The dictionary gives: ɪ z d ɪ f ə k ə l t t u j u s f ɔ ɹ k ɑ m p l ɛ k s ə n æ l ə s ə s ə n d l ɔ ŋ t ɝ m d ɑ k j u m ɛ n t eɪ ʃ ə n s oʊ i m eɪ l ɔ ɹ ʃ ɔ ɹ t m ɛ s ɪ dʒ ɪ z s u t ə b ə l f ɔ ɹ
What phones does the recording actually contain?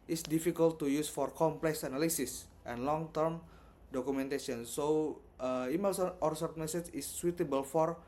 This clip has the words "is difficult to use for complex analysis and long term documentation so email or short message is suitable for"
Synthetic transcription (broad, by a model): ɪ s d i f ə k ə l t t u j u s f ɔ ɹ k ɑ m p l ɛ k s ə n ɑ l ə s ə s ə n l ɔ ŋ t ɝ m d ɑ k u m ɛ n t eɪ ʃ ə n s oʊ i m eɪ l ɔ ɹ s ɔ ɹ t m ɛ s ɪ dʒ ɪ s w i t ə b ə l f ɔ ɹ